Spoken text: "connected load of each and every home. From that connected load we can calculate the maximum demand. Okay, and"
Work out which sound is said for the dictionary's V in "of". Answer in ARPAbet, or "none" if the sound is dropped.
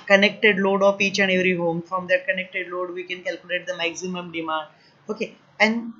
P